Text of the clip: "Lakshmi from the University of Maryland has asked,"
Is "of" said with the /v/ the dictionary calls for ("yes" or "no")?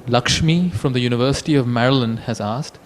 yes